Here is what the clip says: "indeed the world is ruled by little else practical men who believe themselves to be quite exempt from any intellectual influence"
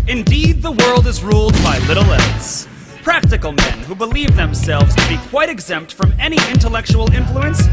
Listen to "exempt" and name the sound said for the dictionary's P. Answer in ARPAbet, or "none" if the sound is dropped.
P